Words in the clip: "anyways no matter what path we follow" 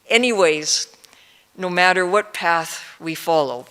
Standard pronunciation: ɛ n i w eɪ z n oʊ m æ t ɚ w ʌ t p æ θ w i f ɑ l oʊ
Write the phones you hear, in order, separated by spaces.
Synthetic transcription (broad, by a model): ɛ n i w eɪ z n oʊ m æ t ɚ w ʌ t p æ θ w i f ɑ l oʊ